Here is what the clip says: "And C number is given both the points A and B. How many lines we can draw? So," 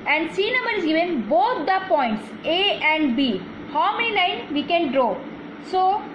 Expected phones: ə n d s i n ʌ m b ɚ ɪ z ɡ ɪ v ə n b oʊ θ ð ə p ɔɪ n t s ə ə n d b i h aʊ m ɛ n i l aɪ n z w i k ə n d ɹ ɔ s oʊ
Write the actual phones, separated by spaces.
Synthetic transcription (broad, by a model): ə n d s i n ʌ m ɚ ɪ z ɡ ɪ v ə n b oʊ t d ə p ɔɪ n t s ə ə n d b i h aʊ m ɛ n i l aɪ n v i k ə n d ɹ ɔ s oʊ